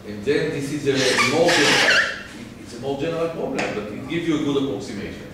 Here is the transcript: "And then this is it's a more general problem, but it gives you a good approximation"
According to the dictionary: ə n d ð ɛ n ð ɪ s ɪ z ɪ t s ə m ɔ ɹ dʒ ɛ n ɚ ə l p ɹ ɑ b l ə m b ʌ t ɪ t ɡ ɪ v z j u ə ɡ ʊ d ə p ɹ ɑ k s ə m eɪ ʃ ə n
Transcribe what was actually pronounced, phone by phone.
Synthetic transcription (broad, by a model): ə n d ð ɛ n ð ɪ s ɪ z ɪ t s ə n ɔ l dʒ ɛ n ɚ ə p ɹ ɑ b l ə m b ʌ t ɪ t ɡ ɪ v z j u ə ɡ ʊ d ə p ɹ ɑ k s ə m eɪ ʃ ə n